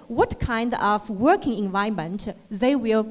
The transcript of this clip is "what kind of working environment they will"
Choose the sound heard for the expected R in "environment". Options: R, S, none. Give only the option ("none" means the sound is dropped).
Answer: none